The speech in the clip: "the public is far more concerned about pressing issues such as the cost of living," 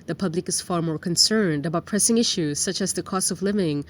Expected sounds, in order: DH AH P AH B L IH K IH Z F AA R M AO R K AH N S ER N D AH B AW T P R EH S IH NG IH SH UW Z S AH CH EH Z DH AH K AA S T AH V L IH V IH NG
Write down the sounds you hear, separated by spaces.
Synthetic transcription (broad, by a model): DH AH P AH B L IH K IH Z F AA R M AO R K AH N S ER N D AH B AW T P R EH S IH NG IH SH UW Z S AH CH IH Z DH AH K AA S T AH V L IH V IH NG